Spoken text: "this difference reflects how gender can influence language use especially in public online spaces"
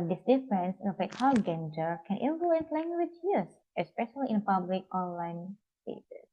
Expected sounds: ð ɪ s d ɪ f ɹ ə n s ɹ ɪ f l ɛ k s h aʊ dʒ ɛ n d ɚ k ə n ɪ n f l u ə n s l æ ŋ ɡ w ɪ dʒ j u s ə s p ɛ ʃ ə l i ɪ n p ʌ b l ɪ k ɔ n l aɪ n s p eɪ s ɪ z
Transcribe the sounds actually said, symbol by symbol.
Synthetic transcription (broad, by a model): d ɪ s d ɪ f ɹ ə n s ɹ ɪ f ɛ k h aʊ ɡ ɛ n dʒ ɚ k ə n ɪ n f l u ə n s l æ ŋ ɡ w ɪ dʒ j u s ə s p ɛ ʃ ə l i ɪ n p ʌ b l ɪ k ɔ n l aɪ n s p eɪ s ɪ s